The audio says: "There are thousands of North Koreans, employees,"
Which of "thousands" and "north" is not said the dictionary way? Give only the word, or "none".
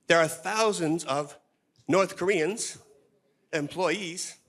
none